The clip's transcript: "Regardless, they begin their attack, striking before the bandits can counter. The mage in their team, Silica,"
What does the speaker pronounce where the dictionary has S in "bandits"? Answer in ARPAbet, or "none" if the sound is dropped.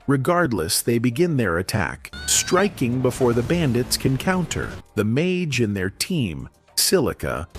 S